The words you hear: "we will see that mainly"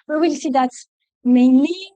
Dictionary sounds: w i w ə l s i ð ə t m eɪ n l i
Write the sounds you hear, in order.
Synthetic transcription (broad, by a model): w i w ə l s i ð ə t m eɪ n l i